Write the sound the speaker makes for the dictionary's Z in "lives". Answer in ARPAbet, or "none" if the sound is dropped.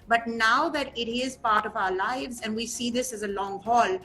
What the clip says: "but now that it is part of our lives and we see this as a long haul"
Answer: Z